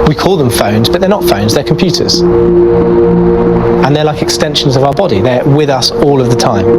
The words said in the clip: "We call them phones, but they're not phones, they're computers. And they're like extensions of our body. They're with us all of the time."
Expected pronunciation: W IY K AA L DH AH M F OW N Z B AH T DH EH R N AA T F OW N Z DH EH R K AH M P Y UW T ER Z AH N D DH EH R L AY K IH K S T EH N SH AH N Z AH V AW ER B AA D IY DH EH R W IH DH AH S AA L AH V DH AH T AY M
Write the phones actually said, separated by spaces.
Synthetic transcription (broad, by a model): W IY K AA L DH AH M F OW N Z B AH T DH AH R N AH T F OW N Z DH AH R K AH M P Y UW T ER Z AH N DH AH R L AY K IH K S T EH N SH AH N Z AH V AW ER B AA D IY DH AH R W IH DH AH S AA L AH V DH AH T AY M